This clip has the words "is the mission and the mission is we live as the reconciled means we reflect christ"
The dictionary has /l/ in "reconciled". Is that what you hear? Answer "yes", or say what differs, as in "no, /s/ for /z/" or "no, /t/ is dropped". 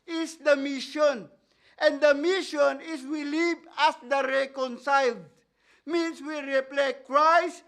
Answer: yes